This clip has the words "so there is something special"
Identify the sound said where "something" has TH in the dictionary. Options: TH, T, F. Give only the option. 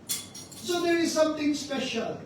T